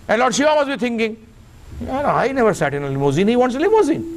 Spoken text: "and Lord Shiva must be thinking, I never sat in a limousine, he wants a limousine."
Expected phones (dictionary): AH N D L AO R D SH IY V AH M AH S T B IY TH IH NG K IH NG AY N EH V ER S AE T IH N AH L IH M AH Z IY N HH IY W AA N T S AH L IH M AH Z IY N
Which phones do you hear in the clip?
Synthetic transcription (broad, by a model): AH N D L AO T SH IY AH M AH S B IY T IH NG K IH NG AY N EH V ER S AE T IH N AH L IH M AH Z IY N HH IY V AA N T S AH L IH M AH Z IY N